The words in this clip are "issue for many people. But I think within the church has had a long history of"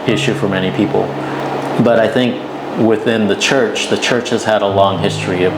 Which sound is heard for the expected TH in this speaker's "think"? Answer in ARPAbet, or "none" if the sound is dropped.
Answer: TH